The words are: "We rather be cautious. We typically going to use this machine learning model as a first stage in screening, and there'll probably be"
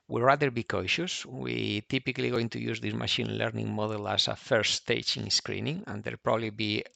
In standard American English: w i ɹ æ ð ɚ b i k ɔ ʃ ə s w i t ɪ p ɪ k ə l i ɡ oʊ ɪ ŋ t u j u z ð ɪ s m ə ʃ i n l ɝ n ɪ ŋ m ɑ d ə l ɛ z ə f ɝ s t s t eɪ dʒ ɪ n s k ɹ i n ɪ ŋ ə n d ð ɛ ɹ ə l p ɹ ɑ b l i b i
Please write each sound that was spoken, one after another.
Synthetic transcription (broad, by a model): w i ɹ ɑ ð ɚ b i k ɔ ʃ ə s w i t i p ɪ k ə l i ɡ oʊ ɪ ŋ t u j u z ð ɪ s m ə ʃ i n l ɝ n ɪ ŋ m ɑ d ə l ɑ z ə f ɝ t s t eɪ tʃ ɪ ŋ s k ɹ i n ɪ ŋ ə n d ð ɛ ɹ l p ɹ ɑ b l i b i